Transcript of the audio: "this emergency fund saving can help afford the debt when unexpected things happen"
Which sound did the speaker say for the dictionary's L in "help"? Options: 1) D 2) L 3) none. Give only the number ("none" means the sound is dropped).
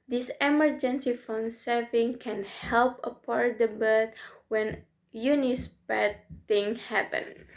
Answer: 2